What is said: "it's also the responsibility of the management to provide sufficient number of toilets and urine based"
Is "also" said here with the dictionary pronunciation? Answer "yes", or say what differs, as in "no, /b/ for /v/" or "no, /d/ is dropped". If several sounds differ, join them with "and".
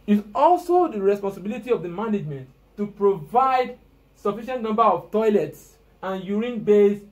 yes